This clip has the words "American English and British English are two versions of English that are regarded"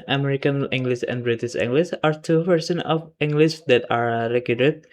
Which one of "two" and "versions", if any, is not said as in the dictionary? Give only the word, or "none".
versions